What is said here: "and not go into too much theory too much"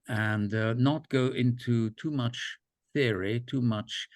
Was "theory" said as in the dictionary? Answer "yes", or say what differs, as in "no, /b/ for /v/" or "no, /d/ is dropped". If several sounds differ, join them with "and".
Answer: yes